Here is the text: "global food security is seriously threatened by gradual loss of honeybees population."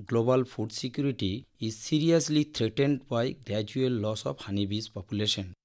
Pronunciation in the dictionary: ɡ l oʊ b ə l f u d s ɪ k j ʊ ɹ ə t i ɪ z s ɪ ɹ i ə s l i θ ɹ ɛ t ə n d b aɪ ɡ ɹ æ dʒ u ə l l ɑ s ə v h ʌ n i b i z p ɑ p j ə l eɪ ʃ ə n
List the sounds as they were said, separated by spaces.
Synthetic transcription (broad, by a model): ɡ l oʊ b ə l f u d s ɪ k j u ɹ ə t i ɪ z s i ɹ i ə s l i t ɹ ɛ t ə n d b aɪ ɡ ɹ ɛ dʒ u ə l l ɑ s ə p h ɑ n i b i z p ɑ p j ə l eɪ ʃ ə n